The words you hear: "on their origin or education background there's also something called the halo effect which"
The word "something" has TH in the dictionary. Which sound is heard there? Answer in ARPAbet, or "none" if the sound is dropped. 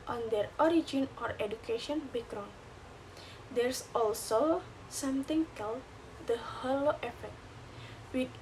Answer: T